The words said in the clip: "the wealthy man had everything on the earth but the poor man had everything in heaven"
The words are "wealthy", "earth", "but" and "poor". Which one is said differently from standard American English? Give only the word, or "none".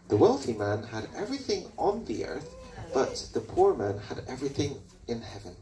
none